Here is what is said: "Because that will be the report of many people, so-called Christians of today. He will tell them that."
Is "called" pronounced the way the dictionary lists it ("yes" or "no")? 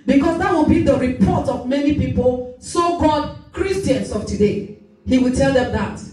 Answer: no